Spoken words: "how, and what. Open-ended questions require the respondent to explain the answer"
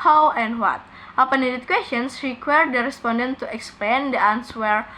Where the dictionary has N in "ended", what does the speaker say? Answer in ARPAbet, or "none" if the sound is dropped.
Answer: none